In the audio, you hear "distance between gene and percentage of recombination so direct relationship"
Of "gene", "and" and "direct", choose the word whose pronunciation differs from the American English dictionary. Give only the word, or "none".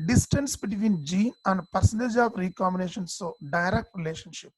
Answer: none